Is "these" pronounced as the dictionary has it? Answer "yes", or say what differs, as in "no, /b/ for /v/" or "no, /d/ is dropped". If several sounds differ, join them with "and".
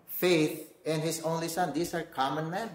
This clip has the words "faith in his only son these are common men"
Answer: no, /s/ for /z/